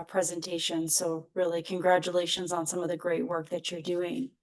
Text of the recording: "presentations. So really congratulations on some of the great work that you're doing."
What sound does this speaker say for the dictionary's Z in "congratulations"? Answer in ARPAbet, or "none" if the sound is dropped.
Z